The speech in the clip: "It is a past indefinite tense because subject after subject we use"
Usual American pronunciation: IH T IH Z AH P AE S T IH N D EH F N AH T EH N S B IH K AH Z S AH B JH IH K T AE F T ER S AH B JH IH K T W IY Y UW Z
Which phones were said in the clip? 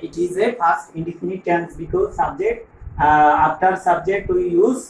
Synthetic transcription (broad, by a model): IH T IH Z AH F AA S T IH N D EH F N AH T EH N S B IH K AH Z S AH B JH IH K T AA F T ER S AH B JH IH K T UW Y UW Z